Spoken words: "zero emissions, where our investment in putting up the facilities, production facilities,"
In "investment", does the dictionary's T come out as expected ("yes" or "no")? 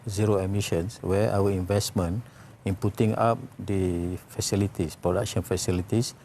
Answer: no